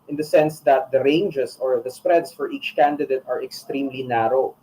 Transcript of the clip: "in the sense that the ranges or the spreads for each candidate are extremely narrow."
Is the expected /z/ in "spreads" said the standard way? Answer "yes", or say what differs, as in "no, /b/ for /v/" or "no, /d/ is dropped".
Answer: no, /s/ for /z/